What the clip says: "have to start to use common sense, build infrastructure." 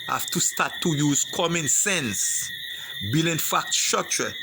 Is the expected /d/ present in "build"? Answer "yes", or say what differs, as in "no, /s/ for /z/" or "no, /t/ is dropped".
no, /d/ is dropped